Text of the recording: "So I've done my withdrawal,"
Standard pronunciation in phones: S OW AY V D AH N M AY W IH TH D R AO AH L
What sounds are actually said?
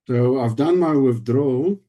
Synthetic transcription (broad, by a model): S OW AY V D AH N M AY W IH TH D R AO